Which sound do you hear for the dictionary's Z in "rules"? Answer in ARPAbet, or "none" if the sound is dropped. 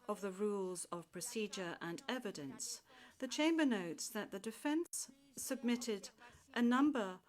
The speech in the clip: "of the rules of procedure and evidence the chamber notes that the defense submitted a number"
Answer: Z